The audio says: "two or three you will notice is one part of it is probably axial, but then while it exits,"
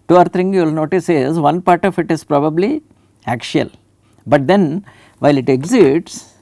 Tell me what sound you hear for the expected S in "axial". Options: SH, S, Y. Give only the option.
SH